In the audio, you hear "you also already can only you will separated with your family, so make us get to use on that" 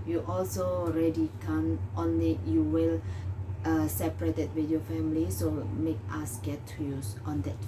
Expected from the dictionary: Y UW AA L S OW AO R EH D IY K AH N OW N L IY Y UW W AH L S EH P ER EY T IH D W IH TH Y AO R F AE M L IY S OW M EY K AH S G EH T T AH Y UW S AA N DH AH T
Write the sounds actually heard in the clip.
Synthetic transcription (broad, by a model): Y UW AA L S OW AO R EH D IY K AH N OW N L IY Y UW W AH L S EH P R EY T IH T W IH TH Y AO F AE M L IY S OW M EY K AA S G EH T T Y UW S AA N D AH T